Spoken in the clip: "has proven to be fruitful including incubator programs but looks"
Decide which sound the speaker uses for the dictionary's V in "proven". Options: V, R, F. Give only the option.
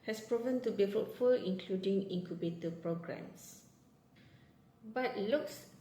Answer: V